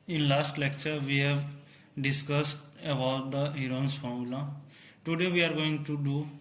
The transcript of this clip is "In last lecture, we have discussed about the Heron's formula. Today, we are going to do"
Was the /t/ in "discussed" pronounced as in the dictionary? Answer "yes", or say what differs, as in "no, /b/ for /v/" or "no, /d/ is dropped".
yes